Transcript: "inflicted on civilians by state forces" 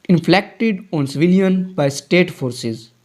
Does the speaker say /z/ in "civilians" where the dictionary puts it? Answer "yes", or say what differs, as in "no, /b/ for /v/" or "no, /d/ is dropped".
no, /z/ is dropped